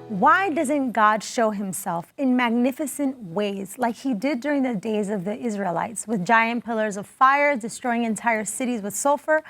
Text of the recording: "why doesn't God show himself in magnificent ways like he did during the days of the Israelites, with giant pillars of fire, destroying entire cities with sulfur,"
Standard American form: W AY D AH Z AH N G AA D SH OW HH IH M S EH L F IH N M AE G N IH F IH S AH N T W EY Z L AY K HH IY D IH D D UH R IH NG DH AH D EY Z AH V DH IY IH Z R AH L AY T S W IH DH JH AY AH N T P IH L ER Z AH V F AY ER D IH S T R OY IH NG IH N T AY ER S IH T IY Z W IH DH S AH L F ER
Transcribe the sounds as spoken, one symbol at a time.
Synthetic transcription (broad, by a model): W AY D AH Z AH N G AA D SH OW HH IH M S EH L F IH N M AE G N IH F IH S AH N T W EY Z L AY K HH IY D IH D D UH R IH NG DH AH D EY Z AH V DH IY IH Z R AH L AY T S W IH DH JH AY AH N P IH L ER Z AH V F AY ER D IH S T R OY IH NG IH N T AY ER S IH T IY Z W IH DH S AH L F ER